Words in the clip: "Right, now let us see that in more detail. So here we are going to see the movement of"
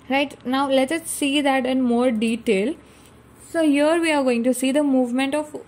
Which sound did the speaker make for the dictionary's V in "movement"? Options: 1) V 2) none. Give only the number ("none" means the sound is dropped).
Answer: 1